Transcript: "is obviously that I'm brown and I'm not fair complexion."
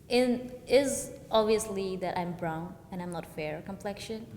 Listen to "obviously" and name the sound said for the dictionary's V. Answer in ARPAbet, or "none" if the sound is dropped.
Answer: V